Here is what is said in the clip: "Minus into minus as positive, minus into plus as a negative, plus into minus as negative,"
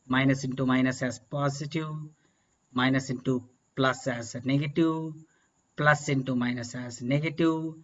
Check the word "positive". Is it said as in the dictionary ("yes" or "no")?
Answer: no